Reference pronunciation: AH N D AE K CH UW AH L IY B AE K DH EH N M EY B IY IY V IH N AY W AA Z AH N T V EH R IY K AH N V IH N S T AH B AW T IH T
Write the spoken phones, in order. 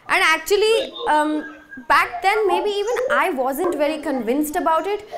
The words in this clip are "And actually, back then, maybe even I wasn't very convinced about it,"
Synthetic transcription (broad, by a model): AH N D AE K CH UW AH L IY B AE K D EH N M EY B IY IY V IH N AY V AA Z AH N T V EH R IY K AH N V IH N S T AH B AW T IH T